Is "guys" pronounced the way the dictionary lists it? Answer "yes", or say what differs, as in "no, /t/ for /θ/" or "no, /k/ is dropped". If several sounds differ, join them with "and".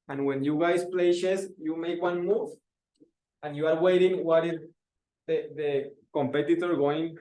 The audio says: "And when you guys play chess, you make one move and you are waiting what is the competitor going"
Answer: no, /s/ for /z/